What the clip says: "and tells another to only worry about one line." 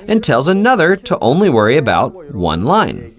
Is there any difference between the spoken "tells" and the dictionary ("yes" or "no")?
no